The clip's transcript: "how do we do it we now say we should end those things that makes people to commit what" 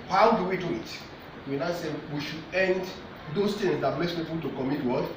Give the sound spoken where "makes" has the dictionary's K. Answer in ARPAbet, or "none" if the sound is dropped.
none